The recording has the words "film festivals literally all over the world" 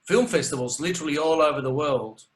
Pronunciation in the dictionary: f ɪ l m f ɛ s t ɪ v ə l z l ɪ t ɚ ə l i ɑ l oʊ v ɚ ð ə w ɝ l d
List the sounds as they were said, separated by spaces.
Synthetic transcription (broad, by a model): f ɪ l m f ɛ s t ɪ v ə l z l ɪ t ɚ ə l i ɑ l oʊ v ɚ ð ə w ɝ l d